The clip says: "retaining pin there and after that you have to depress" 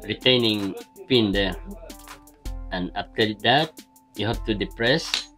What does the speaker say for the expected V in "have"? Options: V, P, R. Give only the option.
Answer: P